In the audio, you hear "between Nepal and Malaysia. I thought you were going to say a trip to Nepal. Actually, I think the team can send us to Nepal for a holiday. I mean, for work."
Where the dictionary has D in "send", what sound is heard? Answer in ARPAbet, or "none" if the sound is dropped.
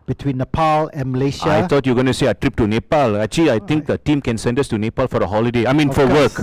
D